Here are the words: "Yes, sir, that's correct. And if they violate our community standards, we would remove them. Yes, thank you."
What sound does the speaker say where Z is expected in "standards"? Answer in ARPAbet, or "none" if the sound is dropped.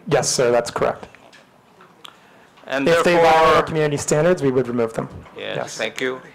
Z